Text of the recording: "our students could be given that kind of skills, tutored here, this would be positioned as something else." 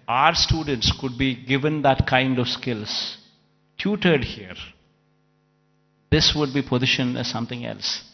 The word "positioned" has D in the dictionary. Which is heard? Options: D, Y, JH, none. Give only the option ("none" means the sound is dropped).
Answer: none